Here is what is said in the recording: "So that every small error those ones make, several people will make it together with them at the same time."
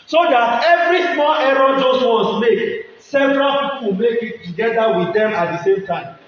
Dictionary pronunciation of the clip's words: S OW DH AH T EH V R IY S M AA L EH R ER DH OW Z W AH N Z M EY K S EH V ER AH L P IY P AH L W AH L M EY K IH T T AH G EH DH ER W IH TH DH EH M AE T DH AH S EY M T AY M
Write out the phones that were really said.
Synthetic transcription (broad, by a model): S OW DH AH T EH V R IY S M AA L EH R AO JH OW S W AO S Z M EY K S EH V ER AH L P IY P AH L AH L M EY K IH T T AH G EH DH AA W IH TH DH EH M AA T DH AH S EY M T AY M